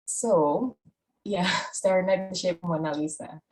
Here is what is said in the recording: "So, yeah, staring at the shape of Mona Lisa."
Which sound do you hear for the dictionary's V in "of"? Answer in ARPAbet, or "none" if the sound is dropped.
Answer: P